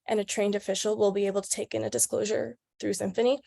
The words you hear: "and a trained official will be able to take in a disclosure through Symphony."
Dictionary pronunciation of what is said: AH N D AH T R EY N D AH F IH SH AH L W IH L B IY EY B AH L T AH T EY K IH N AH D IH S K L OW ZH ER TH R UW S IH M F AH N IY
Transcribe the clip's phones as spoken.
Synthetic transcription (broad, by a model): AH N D AH T R EY N D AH F IH SH L W IH L B IY EY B L T AH T EY K IH N AH D IH S K L OW ZH ER TH R UW S IH M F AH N IY